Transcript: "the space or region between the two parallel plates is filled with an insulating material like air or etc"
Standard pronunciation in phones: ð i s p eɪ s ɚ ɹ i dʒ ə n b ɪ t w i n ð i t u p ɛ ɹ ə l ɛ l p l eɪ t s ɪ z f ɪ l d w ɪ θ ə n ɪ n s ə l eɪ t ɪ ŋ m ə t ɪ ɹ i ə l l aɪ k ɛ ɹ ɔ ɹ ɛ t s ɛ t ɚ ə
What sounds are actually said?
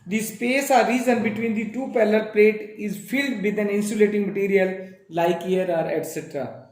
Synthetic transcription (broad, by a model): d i s p eɪ s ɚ ɹ i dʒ ə n b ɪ t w i n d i t u p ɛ l ə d p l eɪ t ɪ z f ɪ l d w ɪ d ə n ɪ n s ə l eɪ t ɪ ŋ m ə t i ɹ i ə l l aɪ k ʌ ɹ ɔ ɹ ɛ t s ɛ t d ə